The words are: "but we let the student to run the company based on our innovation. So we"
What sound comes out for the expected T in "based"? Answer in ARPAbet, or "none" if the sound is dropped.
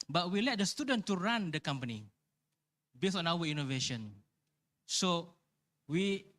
none